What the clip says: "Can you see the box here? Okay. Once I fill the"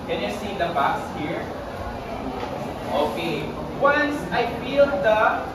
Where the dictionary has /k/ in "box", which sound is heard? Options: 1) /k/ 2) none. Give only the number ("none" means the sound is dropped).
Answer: 2